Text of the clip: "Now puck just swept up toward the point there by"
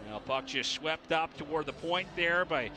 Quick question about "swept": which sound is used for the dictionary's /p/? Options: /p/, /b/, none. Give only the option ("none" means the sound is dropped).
/p/